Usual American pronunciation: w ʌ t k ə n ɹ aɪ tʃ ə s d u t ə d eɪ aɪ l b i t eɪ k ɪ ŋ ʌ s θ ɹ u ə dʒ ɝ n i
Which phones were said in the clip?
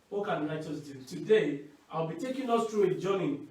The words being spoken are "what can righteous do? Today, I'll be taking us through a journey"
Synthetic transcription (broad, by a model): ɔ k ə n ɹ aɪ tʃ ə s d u t ə d eɪ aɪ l b i t eɪ k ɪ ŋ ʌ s t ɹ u ə dʒ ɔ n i